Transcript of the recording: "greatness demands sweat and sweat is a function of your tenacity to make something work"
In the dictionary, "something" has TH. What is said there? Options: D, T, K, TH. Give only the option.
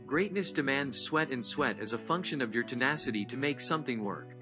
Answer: TH